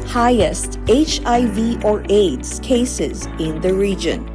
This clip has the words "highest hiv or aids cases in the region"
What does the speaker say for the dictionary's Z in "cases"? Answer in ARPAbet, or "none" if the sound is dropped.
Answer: Z